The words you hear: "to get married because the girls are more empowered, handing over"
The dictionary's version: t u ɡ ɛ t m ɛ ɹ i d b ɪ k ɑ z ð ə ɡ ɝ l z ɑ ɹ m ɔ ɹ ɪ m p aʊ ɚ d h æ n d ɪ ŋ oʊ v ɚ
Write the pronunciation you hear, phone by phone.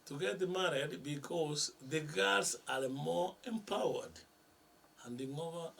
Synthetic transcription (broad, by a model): t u ɡ ɛ t m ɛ ɹ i d b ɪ k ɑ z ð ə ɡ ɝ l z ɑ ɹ m ɔ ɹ ɪ m p aʊ ɚ d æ n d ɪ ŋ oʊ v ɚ